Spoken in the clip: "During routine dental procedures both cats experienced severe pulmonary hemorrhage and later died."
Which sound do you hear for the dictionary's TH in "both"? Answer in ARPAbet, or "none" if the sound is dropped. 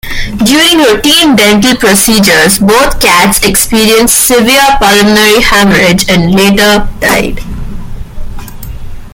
T